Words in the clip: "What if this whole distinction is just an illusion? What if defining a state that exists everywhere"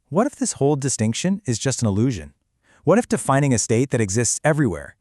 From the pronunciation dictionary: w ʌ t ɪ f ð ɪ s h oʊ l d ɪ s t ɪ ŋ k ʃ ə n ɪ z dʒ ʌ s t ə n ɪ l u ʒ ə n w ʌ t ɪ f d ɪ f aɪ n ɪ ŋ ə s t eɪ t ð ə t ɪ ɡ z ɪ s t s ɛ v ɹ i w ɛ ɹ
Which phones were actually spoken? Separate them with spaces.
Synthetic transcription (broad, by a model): w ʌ t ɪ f ð ɪ s h oʊ l d ɪ s t ɪ ŋ k ʃ ə n ɪ z dʒ ʌ s t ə n ɪ l u ʒ ə n w ʌ t ɪ f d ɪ f aɪ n ɪ ŋ ə s t eɪ t ð ə t ɪ ɡ z ɪ s t s ɛ v ɹ i w ɛ ɹ